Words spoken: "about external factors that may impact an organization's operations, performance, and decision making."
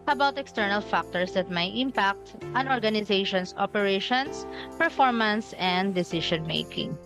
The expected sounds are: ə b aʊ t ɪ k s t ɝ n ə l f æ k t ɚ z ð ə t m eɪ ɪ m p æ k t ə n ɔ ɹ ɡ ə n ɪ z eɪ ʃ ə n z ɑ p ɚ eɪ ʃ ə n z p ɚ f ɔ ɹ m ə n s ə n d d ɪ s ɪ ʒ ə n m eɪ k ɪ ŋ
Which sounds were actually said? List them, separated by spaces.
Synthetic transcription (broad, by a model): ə b aʊ t ɪ k s t ɝ n ə l f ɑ k t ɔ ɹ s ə t m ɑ ɪ m p æ k t ə n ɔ ɹ ɡ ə n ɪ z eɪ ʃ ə n s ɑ p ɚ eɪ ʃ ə n s p ɚ f ɔ ɹ m ə n s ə n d d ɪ s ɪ ʃ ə n m eɪ k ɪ ŋ